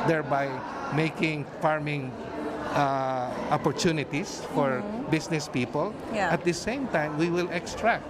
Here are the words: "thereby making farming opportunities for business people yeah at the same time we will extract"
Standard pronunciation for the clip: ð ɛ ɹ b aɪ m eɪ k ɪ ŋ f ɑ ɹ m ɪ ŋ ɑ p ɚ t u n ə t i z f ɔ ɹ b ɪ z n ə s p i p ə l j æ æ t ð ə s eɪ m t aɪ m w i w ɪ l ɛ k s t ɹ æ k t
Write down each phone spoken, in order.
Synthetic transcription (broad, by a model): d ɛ ɹ b aɪ m eɪ k ɪ ŋ f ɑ ɹ m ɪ ŋ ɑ p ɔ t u n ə t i s f ɔ ɹ b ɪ s n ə s p i p ə l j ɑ t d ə s eɪ m t aɪ m w i w ɪ l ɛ k s t ɹ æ k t